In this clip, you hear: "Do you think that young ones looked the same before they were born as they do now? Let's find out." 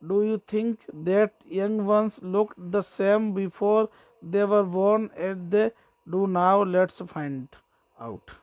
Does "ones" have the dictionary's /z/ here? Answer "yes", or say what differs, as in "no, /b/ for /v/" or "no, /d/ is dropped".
no, /s/ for /z/